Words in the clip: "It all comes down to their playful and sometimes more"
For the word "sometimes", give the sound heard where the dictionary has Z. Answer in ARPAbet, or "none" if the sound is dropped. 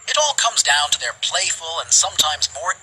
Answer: Z